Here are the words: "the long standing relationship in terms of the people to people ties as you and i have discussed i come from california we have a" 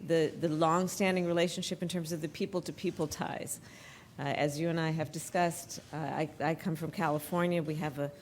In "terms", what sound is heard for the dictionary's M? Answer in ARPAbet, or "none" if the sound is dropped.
M